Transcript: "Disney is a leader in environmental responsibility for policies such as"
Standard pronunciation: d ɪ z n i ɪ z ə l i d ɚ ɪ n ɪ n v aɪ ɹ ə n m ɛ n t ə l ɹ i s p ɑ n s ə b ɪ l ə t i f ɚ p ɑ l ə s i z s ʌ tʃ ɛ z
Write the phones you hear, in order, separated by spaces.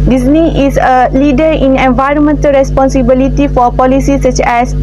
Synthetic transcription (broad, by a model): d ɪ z n i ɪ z ə l i d ɚ ɪ n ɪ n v aɪ ɹ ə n m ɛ n t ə l ɹ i s p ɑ n s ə b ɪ l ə t i f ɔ p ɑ l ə s i s ʌ tʃ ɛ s